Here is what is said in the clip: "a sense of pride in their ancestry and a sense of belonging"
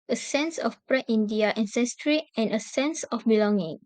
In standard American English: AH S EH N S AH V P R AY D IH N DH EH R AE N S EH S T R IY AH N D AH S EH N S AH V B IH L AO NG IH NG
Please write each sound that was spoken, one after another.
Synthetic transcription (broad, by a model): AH S EH N S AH F P R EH IH N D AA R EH N S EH S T R IY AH N AH S EH N S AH F B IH L AO NG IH NG